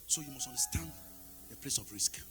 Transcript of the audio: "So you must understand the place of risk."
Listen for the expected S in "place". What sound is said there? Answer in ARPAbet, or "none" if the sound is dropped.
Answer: S